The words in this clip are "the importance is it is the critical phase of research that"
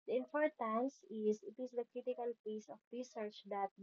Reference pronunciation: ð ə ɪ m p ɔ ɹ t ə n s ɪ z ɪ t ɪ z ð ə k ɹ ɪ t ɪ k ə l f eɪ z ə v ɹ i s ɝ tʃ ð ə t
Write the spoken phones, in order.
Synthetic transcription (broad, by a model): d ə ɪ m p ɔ ɹ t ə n s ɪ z ɪ t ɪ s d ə k ɹ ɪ t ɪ k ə l p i s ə f ɹ i s ɝ tʃ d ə t